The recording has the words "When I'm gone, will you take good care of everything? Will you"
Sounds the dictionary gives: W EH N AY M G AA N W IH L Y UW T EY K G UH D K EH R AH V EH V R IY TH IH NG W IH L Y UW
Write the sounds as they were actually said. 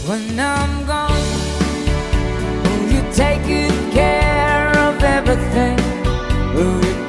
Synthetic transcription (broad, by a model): W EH N AY M G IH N W IH L Y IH T EY K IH K EH R AH V EH V R IY TH IH NG W IH L Y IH